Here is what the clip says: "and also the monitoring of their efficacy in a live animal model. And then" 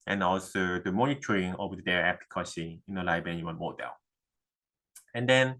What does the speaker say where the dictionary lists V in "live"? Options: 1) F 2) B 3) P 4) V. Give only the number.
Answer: 2